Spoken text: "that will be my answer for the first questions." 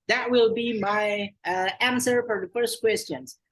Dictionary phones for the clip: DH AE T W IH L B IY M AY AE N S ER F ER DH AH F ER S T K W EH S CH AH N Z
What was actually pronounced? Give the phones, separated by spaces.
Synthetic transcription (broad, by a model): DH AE T W IH L B IY M AY AE N S ER F ER DH AH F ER S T K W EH S CH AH N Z